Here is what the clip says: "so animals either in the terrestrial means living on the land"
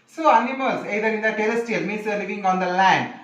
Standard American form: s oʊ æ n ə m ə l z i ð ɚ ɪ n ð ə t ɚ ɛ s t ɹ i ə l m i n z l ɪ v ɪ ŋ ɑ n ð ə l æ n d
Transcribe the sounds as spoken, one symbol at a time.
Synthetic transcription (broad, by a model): s oʊ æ n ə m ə l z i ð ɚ ɪ n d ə t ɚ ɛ s t i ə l m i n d l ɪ v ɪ ŋ ɑ n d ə l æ n d